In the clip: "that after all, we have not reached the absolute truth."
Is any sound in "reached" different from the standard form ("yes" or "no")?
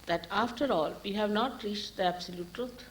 no